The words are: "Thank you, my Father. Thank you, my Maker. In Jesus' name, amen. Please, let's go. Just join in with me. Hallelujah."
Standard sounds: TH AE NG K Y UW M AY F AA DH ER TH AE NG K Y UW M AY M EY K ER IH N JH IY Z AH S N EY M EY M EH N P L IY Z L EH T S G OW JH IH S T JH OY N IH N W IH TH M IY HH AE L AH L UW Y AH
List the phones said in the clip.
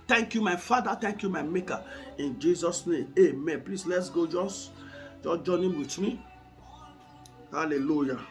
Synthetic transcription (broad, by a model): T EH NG K Y UW M AY F AA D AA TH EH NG K Y UW M AY M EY K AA IH N JH IY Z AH S N EY M EY M EH N P L IY S L EH T S G OW JH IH S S JH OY N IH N W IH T M IY HH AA L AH L UW Y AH